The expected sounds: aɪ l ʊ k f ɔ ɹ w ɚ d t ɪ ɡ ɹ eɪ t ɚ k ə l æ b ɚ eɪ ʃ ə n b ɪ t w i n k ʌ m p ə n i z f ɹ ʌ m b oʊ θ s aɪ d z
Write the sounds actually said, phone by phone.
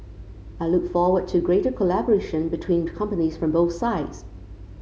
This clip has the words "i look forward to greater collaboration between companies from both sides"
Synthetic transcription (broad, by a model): aɪ l ʊ k f ɔ ɹ w ɚ d t ɪ ɡ ɹ eɪ t ɚ k ə l æ b ɚ eɪ ʃ ə n b ɪ t w i n k ʌ m p ə n i z f ɹ ʌ m b oʊ θ s aɪ d z